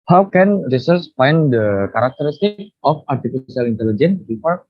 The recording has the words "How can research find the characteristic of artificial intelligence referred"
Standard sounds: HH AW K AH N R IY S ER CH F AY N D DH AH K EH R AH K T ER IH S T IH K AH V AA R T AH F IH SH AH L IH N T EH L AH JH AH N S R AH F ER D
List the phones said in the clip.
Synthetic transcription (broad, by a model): HH AW K AH N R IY S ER S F AY N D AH K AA R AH K T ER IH S T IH K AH F AA R T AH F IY S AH L IH N T EH L AH JH AH N S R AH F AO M